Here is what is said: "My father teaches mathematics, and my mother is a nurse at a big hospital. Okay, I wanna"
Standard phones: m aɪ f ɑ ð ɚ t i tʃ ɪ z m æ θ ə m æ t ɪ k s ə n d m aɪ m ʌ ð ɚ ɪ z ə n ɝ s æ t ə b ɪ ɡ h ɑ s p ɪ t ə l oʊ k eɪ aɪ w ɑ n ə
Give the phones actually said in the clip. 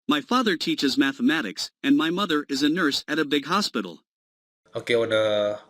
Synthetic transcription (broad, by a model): m aɪ f ɑ ð ɚ t i tʃ ɪ z m æ θ ə m æ t ɪ k s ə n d m aɪ m ʌ ð ɚ ɪ z ə n ɝ s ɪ t ə b ɪ ɡ h ɑ s p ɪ t l oʊ k eɪ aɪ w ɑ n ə